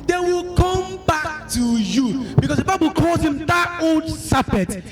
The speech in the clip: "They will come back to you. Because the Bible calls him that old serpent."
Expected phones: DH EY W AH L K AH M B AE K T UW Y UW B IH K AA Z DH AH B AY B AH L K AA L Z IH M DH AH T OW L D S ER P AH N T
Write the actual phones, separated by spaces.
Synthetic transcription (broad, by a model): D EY W AH L K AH M B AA K T UW Y UW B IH K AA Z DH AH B AY B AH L K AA Z IH M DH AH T OW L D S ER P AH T